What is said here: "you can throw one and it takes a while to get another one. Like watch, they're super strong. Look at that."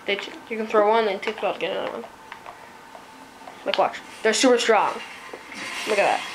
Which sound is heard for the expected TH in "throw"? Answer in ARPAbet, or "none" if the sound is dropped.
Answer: TH